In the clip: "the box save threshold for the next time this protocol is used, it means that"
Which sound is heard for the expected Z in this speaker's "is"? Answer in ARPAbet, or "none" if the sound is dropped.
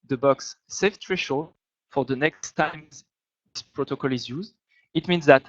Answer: Z